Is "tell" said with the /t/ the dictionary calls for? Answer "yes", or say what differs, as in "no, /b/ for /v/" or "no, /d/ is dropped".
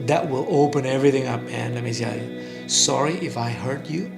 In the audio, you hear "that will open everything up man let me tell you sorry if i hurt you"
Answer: no, /s/ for /t/